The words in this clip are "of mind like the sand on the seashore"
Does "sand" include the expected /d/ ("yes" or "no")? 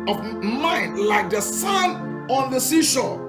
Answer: no